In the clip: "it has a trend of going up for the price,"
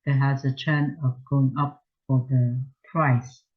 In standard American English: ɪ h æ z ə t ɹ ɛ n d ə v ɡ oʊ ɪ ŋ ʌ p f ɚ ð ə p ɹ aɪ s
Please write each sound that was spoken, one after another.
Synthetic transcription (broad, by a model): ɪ h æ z ə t ɛ n ə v ɡ oʊ ɪ ŋ ʌ p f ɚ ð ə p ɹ aɪ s